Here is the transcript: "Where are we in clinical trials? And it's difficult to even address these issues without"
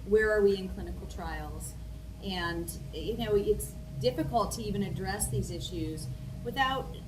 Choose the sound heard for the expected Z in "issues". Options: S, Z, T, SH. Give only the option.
Z